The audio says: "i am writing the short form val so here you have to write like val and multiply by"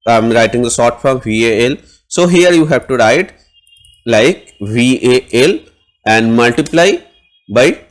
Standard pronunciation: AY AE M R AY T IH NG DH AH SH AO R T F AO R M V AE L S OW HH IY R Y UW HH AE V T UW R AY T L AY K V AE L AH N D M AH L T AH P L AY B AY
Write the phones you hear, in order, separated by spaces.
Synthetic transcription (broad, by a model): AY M R AY T IH NG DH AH S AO R T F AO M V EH L S OW HH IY R Y UW HH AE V T UW R AY T L AY K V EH L AH N D M AH L T AH P L AY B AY